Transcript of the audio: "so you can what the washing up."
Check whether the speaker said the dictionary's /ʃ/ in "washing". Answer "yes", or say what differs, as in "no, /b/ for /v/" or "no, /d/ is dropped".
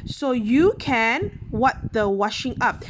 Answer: yes